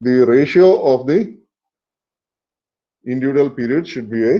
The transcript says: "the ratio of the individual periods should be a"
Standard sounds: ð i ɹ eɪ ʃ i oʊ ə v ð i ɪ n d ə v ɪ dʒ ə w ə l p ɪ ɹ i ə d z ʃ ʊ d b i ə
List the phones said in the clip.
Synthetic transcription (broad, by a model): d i ɹ eɪ ʃ i oʊ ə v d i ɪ n d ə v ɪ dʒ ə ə l p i ɹ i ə d ʃ ʊ d b i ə